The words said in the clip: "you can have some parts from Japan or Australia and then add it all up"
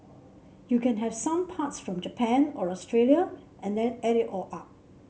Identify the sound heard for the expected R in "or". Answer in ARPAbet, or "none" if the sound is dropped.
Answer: R